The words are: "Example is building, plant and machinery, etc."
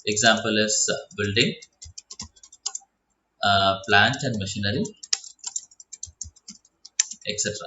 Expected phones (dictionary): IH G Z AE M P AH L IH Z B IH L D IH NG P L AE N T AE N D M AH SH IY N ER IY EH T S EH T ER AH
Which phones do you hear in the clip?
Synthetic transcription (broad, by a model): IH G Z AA M P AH L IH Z B IH L D IH NG P L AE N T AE N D M AH SH IY N ER IY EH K S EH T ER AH